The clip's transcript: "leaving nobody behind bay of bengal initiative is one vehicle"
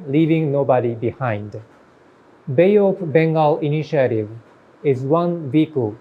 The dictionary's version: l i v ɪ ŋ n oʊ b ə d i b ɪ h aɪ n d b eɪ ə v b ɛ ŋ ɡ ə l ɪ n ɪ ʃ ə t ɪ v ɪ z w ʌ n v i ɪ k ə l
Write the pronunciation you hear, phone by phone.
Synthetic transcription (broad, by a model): l i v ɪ ŋ n oʊ b ə d i b ɪ h aɪ n d b eɪ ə p b ɛ ŋ ɡ ə l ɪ n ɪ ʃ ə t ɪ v ɪ z w ʌ n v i k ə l